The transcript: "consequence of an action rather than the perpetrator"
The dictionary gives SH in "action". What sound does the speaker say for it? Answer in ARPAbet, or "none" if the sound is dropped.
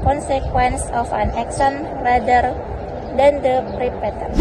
S